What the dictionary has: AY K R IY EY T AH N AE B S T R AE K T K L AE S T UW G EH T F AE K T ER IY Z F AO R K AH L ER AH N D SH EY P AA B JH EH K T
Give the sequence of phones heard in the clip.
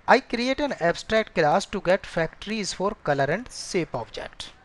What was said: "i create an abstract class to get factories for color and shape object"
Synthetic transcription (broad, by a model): AY K R IY EY T AH N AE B S T R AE K T K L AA S T UW G EH T F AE K T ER IY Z F AO R K AH L ER AH N D S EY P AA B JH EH K T